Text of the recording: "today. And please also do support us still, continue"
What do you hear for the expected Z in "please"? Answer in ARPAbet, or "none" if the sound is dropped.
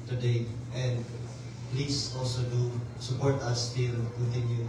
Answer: S